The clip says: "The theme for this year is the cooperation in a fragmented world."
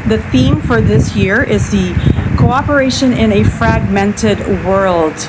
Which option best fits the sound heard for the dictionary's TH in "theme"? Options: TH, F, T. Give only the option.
TH